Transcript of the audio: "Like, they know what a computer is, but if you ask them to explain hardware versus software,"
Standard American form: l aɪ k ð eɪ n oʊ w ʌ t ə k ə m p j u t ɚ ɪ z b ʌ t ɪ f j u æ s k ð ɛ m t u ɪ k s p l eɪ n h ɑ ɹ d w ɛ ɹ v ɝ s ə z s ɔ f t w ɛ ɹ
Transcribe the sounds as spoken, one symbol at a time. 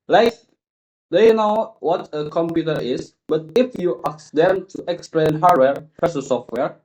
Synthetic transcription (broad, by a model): l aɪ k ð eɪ n oʊ w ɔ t ə k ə m p j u t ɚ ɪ s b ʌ t ɪ f j u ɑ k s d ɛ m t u ɪ k s p l eɪ n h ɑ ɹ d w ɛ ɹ f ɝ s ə s ɔ f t w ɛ ɹ